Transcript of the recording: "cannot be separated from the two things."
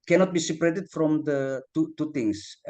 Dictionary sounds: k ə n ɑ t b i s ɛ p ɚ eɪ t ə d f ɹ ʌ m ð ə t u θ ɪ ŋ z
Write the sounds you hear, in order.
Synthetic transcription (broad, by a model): k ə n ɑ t b i s ɛ p ɚ eɪ t ə d f ɹ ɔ m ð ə t u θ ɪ ŋ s